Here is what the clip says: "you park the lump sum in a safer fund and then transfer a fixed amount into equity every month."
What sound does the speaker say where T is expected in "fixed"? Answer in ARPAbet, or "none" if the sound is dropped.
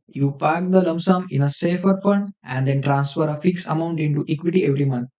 none